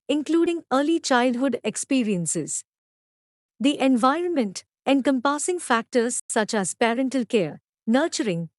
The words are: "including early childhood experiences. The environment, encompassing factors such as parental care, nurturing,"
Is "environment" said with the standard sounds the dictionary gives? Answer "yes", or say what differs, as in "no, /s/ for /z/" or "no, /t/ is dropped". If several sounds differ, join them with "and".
yes